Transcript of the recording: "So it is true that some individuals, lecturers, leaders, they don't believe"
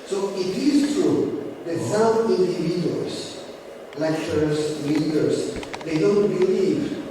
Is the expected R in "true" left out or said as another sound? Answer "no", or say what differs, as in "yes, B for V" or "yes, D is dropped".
yes, R is dropped